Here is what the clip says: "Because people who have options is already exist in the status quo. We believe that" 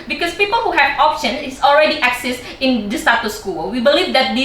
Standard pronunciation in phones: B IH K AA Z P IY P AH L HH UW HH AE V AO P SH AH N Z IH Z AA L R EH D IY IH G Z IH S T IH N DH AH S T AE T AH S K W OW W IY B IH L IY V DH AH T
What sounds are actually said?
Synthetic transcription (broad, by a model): B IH K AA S P IY P AH L HH UW HH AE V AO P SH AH N IH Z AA L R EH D IY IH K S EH S IH N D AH S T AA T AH S K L W IY B IH L IY V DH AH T